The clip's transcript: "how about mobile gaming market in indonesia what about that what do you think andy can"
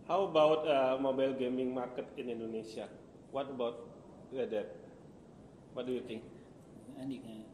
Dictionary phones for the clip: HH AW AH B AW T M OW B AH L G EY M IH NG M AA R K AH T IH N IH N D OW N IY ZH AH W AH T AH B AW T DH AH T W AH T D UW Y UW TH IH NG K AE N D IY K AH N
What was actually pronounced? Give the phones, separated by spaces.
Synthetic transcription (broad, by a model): HH AW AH B AW T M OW B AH L G EY M IH NG M AA R K AH T IH N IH N D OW N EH S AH W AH T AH B AW T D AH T W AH T D UW Y UW T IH NG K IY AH